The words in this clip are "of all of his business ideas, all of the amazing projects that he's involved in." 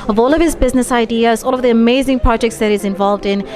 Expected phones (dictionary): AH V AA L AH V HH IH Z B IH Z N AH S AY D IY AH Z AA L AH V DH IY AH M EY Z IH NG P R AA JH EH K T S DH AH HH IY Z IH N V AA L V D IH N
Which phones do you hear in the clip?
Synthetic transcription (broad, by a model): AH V AA L AH V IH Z B IH Z N AH S AY D IY AH Z AA L AH V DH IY AH M EY Z IH NG P R AA JH EH K T S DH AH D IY Z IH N V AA L V D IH N